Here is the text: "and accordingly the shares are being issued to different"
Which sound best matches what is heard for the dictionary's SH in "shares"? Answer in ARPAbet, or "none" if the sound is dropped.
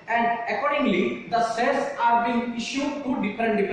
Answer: S